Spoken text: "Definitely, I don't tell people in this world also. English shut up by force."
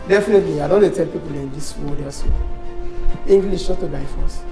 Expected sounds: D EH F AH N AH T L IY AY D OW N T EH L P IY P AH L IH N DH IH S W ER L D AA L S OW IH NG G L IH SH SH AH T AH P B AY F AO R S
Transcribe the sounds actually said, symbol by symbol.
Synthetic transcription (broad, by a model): D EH F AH N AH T L IY AY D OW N T EH L P IY P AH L IH N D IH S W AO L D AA S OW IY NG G L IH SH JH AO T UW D AY F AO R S